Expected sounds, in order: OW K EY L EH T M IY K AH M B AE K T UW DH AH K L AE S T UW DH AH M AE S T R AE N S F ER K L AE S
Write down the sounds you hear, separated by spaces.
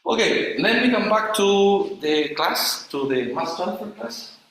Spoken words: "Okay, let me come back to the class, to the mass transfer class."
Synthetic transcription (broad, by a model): OW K EY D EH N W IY K AH M B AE K T UW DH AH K L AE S T UW DH AH M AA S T AE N F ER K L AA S